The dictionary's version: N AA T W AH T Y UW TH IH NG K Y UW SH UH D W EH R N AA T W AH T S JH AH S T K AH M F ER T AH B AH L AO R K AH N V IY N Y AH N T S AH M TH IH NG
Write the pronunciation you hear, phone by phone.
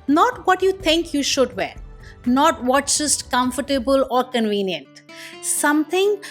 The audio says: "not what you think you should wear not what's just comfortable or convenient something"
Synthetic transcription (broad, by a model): N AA T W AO T Y UW T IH NG K Y UW SH UH D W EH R N AA T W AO T JH AH S T K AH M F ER T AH B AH L AO R K AH N V IY N Y AH N T S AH M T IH NG